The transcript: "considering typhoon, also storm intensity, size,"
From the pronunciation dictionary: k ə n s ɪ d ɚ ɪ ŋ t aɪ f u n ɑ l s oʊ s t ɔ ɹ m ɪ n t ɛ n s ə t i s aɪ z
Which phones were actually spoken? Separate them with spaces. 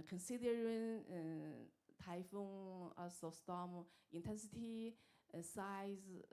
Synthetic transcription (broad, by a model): k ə n s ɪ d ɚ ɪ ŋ t aɪ f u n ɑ s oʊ s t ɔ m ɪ n t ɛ n s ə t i s aɪ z